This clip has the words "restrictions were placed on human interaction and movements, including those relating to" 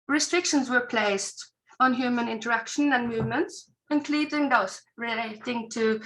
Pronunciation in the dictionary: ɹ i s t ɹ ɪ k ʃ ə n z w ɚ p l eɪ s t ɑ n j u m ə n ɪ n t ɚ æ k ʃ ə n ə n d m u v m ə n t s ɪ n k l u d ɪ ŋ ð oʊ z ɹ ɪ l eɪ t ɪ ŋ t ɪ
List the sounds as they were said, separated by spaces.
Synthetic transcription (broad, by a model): ɹ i s t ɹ ɪ k ʃ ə n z w ɚ p l eɪ s t n j u m ə n ɪ n t ɚ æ k ʃ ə n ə n m u v m ə n t s ɪ n k l u d ɪ ŋ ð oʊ s ɹ ɪ l eɪ t ɪ ŋ t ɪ